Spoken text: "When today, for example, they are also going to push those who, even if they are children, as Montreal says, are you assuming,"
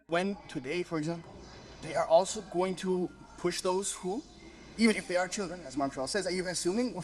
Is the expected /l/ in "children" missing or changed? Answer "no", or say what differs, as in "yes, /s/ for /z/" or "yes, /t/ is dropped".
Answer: no